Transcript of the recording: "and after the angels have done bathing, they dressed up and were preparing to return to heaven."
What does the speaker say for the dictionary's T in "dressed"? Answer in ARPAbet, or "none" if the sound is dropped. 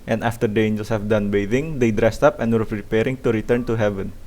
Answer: T